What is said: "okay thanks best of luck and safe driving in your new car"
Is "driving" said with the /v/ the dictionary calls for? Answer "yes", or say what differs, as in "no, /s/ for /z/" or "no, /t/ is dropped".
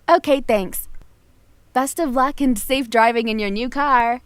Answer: yes